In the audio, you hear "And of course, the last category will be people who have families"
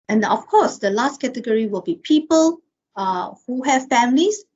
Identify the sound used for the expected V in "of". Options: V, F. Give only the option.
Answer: F